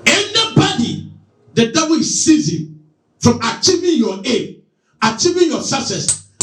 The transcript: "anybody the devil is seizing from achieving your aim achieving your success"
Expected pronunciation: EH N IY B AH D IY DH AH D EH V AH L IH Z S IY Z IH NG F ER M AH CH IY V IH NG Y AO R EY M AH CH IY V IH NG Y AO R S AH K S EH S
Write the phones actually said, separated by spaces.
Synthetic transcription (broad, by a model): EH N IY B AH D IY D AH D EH W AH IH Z S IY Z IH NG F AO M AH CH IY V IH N Y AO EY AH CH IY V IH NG Y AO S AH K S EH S